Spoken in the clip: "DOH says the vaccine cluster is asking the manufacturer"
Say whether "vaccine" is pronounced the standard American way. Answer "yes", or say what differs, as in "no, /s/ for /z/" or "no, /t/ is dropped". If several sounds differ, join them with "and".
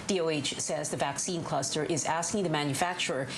yes